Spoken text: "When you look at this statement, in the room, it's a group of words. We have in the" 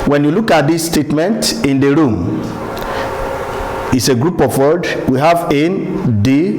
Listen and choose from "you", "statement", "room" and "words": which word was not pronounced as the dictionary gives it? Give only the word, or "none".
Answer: words